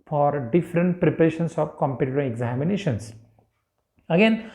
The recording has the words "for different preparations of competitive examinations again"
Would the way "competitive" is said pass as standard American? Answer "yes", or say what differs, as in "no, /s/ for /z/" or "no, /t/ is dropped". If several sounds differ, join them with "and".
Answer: no, /v/ is dropped